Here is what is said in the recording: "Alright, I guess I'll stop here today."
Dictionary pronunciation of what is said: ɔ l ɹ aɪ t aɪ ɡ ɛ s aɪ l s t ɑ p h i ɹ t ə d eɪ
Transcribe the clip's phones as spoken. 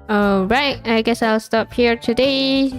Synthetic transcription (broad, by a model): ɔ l ɹ aɪ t aɪ ɡ ɛ s aɪ l s t ɑ p h i ɹ t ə d eɪ